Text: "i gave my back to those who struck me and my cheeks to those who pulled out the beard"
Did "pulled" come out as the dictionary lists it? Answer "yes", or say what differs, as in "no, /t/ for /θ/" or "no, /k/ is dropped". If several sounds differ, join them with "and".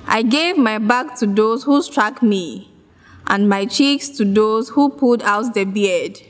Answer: no, /l/ is dropped